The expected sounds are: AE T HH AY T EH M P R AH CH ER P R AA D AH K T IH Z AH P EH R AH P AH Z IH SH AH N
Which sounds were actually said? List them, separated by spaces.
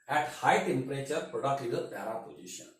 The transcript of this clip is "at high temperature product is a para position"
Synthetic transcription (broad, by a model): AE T HH AY T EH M P R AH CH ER P R AA D AH K T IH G AH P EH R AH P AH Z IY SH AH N